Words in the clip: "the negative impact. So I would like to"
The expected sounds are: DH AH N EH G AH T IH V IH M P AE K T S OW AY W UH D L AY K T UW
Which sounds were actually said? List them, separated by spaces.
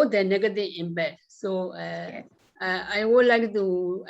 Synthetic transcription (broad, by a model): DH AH N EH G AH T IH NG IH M B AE T S OW AY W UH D L AY K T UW